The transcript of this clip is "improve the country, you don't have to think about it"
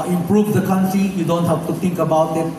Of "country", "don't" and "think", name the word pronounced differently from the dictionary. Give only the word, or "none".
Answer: think